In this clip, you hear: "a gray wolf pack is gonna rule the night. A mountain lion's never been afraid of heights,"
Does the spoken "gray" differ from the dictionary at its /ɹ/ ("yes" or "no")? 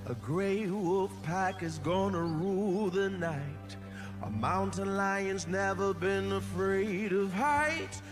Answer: no